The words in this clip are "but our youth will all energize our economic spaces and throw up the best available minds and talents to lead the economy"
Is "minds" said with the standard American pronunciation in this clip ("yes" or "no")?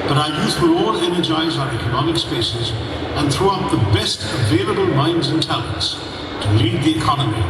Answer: yes